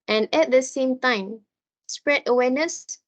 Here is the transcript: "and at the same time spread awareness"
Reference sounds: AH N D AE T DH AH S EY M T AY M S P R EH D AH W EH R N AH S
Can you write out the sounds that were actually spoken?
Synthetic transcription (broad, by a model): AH N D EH T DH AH S EY M T AY M S P R EH D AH W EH N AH S